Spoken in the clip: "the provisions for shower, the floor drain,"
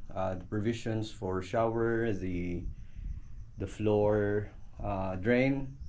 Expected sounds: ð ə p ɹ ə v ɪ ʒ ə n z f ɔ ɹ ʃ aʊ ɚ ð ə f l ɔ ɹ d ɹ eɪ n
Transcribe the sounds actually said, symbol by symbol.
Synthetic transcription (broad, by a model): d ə p ɹ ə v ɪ ʃ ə n s f ɔ ɹ ʃ aʊ ɚ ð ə f l ɔ ɹ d ɹ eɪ n